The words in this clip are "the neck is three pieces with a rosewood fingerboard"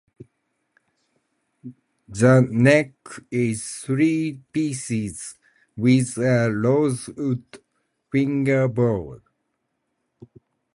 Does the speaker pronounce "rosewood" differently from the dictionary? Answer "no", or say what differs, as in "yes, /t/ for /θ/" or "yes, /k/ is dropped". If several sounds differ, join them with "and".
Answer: yes, /l/ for /ɹ/